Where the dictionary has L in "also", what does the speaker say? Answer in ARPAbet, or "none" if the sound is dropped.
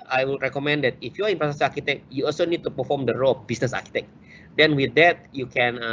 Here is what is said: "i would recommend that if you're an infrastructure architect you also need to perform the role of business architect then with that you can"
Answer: L